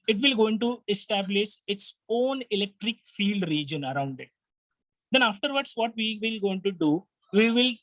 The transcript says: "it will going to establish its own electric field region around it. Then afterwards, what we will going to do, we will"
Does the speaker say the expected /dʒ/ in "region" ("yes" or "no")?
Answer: yes